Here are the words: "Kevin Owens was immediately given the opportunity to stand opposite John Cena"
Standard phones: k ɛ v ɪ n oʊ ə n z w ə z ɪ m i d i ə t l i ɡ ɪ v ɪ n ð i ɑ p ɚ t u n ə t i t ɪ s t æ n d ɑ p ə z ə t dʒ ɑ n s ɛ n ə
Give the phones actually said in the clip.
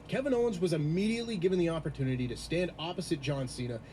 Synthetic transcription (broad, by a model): k ɛ v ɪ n oʊ ə n z w ə z ɪ m i d i ə t l i ɡ ɪ v ɪ n ð i ɑ p ɚ t u n ə t i t ɪ s t æ n d ɑ p ə z ə t dʒ ɑ n s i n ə